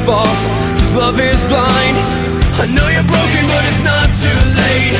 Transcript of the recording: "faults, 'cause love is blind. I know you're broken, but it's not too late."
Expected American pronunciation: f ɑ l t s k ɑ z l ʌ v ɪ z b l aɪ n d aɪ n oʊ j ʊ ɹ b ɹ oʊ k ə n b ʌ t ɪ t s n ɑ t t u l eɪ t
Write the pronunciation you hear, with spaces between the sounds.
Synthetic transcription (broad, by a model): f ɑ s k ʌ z l ʌ v ɪ z b l aɪ n d aɪ n oʊ j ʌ ɹ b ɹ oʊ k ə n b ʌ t ɪ t s n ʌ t t u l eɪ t